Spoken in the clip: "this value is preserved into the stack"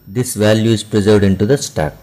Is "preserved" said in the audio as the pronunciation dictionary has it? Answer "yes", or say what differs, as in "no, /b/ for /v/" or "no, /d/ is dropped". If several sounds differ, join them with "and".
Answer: yes